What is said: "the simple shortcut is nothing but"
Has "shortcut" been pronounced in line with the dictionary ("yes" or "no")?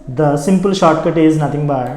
yes